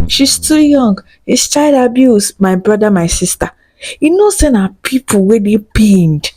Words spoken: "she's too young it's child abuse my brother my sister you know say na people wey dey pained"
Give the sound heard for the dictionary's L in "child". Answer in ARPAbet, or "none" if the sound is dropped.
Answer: none